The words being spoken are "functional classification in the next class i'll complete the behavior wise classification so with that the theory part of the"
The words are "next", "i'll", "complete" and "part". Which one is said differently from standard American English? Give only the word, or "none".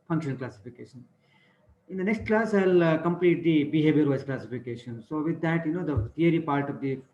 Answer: none